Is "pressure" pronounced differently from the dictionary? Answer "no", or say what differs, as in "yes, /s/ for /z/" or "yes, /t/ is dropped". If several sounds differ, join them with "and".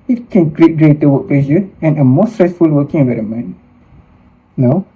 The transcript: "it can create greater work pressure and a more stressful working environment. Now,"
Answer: yes, /l/ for /ɹ/ and /s/ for /ʃ/